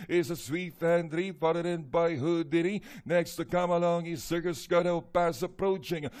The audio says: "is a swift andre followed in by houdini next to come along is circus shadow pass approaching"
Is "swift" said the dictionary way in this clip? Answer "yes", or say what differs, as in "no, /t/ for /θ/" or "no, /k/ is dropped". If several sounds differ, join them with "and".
no, /t/ is dropped